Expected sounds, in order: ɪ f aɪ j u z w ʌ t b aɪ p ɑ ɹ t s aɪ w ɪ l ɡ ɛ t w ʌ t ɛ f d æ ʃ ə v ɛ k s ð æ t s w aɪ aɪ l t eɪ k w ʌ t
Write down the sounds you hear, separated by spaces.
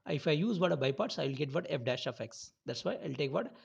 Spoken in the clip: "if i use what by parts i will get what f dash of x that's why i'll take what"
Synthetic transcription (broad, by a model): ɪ f aɪ j u z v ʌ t b aɪ p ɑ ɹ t s aɪ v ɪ l ɡ ɛ t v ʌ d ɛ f d æ ʃ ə f ɛ k s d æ t s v aɪ aɪ l t eɪ k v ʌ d